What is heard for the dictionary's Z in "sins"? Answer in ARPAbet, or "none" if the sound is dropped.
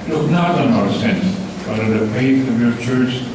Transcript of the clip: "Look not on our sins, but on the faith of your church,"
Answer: none